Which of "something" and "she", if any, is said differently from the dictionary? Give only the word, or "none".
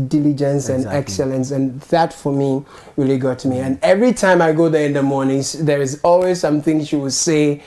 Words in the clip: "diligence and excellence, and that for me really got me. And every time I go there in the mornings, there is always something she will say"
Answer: none